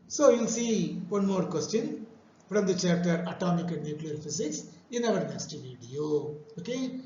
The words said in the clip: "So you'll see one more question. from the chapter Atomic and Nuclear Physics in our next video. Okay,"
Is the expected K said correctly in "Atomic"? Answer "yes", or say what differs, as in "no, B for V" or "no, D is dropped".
yes